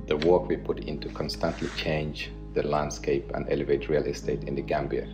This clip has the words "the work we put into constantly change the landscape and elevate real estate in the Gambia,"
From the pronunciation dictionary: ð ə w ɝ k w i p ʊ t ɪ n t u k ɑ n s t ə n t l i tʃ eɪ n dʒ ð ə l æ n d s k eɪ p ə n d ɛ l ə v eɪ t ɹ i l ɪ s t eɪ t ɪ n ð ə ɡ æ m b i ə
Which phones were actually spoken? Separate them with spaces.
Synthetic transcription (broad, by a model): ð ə w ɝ k w i p ʊ t ɪ n t u k ɑ n s t ə n t l i tʃ eɪ n dʒ ð ə l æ n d s k eɪ p ə n d ɛ l ə v eɪ t ɹ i l ɪ s t eɪ t ɪ n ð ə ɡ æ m b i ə